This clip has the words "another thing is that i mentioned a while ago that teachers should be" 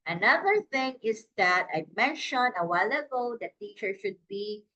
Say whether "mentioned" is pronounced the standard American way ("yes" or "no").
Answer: no